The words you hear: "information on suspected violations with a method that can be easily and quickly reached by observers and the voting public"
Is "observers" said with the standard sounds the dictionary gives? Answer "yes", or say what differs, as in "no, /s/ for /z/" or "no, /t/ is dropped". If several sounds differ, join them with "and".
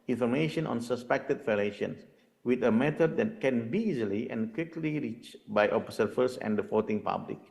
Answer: no, /f/ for /v/ and /s/ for /z/